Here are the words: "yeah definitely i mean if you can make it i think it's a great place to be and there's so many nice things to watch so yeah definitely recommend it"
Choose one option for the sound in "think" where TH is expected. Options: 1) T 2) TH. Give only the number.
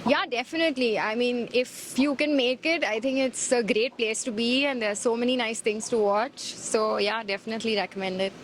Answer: 1